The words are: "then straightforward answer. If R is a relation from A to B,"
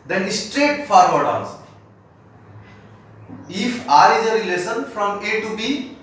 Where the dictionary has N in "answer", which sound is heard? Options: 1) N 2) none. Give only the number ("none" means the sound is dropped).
2